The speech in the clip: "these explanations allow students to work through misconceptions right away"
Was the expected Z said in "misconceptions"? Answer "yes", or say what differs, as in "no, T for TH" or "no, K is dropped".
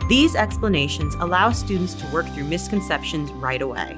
yes